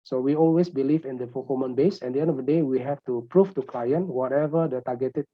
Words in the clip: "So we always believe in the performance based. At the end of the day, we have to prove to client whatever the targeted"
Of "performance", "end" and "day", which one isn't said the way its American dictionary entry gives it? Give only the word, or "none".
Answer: performance